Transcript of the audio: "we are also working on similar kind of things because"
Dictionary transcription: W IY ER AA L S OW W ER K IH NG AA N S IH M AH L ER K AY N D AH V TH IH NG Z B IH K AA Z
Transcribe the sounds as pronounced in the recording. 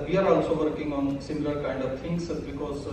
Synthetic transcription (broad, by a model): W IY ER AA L S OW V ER K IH NG AA N S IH M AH L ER K AY N D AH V T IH NG S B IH K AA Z